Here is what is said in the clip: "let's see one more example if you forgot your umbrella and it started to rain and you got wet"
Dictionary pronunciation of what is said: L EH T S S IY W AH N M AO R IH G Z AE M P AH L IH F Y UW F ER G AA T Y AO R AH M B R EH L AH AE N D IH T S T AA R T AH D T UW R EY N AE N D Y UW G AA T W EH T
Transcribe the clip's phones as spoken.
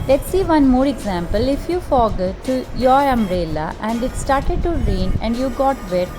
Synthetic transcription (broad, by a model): L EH T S S IY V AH N M AO R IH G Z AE M P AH L IH F Y UW F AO G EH T Y AO R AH M R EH L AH AE N D IH T S T AA R T AH D T UW R EY N AE N D Y UW G AA T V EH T